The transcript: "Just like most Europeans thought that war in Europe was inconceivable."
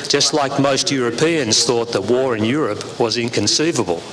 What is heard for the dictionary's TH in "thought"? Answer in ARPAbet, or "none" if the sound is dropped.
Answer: TH